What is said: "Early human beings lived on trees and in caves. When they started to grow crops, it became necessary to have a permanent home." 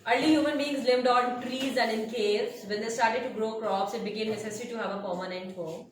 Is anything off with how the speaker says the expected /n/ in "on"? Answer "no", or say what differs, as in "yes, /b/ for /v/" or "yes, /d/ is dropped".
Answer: yes, /l/ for /n/